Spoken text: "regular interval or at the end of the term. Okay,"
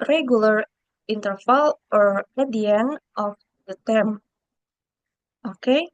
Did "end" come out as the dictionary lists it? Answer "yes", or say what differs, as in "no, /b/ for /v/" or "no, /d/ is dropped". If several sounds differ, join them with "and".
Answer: no, /d/ is dropped